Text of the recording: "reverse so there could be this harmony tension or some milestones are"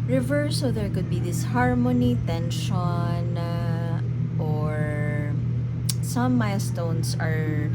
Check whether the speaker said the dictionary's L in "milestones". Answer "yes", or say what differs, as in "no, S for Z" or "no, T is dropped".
no, L is dropped